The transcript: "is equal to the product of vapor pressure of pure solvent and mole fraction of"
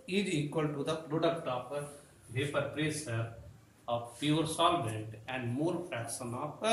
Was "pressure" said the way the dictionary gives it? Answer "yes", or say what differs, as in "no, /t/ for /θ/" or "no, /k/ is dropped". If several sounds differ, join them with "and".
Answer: no, /s/ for /ʃ/